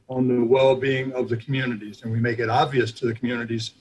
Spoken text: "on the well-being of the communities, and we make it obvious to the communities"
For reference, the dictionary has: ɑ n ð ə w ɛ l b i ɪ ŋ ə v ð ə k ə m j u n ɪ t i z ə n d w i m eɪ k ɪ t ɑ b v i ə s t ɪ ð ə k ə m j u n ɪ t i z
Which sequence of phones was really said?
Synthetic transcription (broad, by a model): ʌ n ð ə w ɛ l b i ɪ ŋ ə v ð ə k m j u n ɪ t i z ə n w i m eɪ k ɪ t ɑ b v i ə s t ɪ ð ə k m j u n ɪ t i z